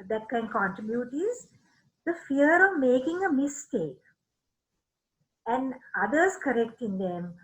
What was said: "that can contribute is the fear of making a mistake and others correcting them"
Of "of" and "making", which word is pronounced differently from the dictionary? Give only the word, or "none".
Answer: none